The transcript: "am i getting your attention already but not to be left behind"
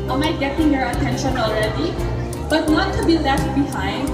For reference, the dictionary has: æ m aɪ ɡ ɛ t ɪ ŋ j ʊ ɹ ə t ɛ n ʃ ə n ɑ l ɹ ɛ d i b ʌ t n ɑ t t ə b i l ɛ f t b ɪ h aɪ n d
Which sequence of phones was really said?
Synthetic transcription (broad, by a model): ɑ m aɪ ɡ ɛ t ɪ ŋ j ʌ ɹ ə t ɛ n ʃ ə n ɑ l ɹ ɛ d i b ʌ t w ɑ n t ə b i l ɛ t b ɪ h aɪ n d